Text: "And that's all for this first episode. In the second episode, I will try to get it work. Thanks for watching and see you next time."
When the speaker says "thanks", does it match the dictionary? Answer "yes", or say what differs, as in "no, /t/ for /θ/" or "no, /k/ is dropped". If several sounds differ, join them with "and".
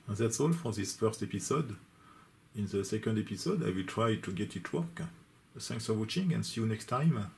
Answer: no, /s/ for /θ/